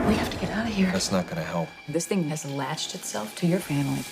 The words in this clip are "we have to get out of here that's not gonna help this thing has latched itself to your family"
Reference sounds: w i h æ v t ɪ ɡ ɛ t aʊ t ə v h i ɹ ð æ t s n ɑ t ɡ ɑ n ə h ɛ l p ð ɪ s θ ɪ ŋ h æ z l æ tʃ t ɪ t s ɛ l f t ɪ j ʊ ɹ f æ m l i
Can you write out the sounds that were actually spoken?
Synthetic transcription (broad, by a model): w i h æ f t ɪ ɡ ɛ t aʊ t h i ɹ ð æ t s n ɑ t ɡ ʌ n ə h ɛ l p ð ɪ s θ ɪ ŋ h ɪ z l æ tʃ t ɪ t s ɛ l f t ɪ j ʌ ɹ f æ m l i